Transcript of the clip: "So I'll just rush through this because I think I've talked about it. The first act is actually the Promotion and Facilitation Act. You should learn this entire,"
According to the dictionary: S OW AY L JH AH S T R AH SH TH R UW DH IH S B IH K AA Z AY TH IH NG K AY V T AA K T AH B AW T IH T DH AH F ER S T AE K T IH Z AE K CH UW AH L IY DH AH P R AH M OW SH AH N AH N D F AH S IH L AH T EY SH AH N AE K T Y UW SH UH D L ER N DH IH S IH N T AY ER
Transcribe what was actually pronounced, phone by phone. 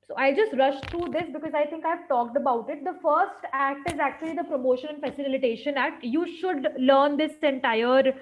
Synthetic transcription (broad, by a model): S OW AY L JH AH S T R AH SH T R UW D IH S B IH K AA Z AY T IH NG K AY V T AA K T AH B AW T IH T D AH F ER S T AE K T IH Z AE K CH UW AH L IY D AH P R AH M OW SH AH N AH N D F AH S IH L AH T EY SH AH N AE K T Y UW SH UH D L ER N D IH S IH N T AY ER